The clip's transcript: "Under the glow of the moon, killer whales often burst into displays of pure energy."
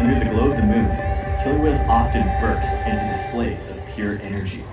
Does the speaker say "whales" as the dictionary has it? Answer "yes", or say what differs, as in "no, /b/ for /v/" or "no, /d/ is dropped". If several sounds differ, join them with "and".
no, /l/ is dropped